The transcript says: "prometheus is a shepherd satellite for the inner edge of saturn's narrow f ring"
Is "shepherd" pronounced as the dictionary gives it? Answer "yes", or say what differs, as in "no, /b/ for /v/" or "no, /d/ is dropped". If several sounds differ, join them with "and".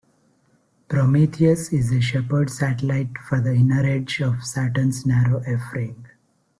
yes